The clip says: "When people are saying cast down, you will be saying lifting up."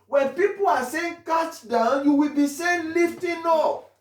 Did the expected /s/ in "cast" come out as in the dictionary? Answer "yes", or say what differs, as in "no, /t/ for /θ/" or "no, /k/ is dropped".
no, /s/ is dropped